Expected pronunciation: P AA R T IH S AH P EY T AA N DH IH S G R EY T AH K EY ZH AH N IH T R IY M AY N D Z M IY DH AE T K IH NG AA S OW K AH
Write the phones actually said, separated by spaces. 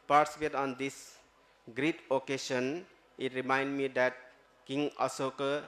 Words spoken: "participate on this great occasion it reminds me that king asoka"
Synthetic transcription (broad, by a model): P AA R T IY S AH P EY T AA N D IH S G R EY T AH K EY SH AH N IH T R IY M AY N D M IY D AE T K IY NG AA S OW K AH